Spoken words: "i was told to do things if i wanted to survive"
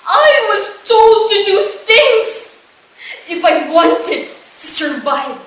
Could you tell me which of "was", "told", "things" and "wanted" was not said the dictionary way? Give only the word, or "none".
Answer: none